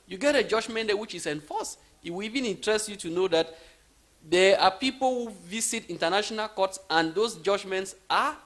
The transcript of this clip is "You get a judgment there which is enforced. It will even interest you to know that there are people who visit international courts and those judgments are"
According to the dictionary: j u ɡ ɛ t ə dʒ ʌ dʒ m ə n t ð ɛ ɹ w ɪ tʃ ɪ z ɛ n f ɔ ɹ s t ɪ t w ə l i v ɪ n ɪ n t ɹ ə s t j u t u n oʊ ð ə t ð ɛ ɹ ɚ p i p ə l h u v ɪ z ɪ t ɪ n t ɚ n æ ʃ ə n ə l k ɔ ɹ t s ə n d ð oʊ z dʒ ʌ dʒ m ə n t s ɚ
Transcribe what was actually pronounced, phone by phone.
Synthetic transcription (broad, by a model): j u ɡ ɛ t ə dʒ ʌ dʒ m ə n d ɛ w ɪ tʃ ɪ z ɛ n f ɔ s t ɪ t w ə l i v ɪ n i n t ɹ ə s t j u t u n oʊ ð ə t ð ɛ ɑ p i p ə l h u v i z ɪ t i n t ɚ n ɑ ʃ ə n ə l k ɔ t s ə n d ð oʊ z dʒ ʌ dʒ m ə n t s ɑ